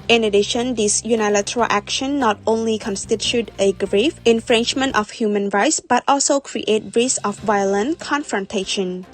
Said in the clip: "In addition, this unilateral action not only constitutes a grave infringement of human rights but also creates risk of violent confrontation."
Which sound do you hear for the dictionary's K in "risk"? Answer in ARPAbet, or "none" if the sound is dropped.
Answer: none